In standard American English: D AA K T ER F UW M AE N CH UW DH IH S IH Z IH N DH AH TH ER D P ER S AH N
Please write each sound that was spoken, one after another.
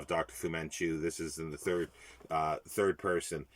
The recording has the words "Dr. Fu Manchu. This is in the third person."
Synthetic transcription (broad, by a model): D AA K T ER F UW M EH N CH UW DH IH S IH Z IH N DH AH TH ER D P ER S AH N